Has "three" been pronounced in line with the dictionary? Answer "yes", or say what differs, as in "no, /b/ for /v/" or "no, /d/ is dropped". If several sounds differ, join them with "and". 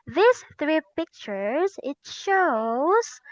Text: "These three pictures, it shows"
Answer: yes